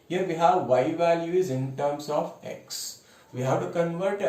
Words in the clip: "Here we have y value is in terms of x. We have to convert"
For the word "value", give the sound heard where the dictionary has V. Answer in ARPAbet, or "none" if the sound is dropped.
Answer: V